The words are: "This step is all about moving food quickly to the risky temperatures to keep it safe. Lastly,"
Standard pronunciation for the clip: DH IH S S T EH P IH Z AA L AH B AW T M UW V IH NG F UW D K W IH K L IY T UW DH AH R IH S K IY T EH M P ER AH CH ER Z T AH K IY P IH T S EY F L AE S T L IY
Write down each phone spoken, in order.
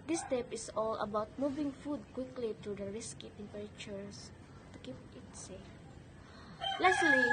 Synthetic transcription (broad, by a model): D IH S S T EH P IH S AA L AH B AW T M UW V IH NG F UW D K W IH K L IY T UW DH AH R IH S K IY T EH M P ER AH CH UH S T AH K IY P IH T S EY F L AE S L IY